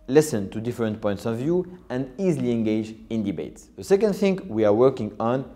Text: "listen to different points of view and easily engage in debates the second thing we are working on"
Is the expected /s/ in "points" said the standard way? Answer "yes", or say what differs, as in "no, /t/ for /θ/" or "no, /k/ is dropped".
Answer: yes